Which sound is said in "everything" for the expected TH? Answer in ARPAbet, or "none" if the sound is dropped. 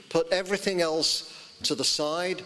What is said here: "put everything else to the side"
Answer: TH